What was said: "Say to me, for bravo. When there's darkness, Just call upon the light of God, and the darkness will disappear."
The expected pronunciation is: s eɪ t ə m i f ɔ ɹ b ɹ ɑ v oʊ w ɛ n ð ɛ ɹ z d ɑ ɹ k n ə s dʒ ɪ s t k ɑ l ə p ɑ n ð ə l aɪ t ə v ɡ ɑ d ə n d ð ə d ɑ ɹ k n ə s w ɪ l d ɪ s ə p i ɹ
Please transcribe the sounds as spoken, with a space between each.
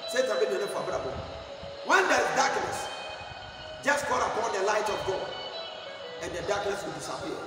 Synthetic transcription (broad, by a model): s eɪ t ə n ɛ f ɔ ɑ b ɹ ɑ b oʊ w ɛ n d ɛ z d ɑ k n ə s dʒ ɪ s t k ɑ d ə p ɑ n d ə l aɪ t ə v ɡ ɑ d ə n d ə d ɑ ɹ k n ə s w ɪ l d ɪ s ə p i